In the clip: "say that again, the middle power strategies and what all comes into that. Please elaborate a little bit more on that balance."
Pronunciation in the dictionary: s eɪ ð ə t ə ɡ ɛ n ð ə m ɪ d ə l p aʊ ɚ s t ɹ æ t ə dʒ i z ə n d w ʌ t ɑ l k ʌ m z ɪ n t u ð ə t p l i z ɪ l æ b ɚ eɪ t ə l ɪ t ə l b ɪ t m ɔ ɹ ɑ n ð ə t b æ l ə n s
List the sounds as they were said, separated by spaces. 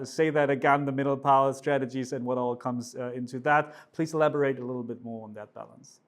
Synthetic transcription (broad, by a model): s eɪ ð ə t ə ɡ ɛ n ð ə m ɪ d l p aʊ ɚ s t ɹ æ t ə dʒ i z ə n w ʌ t ɑ l k ʌ m z ɪ n t u ð ə t p l i z ɪ l æ b ɚ eɪ t ə l ɪ t l b ɪ t m ɔ ɹ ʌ n ð ə t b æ l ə n s